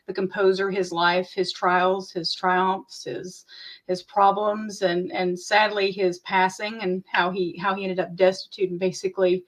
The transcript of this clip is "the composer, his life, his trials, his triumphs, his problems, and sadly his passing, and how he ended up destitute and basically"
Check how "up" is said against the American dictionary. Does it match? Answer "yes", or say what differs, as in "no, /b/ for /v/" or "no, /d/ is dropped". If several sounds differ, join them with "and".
yes